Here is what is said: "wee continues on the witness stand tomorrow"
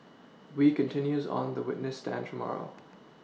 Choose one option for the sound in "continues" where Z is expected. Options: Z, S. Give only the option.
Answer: Z